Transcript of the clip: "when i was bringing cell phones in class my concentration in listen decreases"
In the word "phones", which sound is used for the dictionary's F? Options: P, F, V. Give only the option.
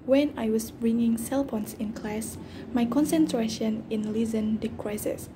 P